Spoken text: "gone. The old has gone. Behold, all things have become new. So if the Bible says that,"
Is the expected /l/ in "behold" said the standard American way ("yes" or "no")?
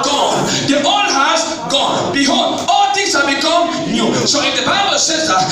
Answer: no